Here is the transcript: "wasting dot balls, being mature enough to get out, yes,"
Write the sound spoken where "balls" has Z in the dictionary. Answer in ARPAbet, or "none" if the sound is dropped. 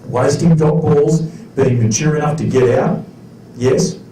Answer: Z